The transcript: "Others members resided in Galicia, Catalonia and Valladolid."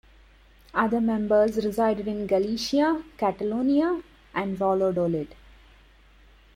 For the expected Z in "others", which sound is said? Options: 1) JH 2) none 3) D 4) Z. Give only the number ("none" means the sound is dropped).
2